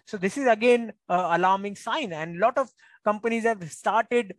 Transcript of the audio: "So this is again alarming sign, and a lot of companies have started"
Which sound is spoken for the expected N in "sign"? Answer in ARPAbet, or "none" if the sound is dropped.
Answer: N